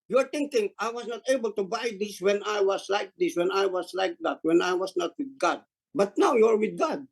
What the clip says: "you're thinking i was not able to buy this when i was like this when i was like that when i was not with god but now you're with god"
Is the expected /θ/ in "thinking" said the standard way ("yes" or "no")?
no